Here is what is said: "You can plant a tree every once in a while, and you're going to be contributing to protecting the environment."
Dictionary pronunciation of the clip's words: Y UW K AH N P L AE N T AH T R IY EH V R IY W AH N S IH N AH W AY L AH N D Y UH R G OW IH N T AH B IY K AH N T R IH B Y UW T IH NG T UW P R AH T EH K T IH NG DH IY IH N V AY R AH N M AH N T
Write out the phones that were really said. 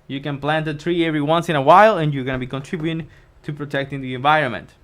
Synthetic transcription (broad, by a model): Y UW K AH N P L AE N T AH T R IY EH V R IY W AH N S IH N AH W AY L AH N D Y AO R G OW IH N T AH B IY K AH N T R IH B Y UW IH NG T UW P R AH T EH K T IH NG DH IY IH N V AY R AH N M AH N T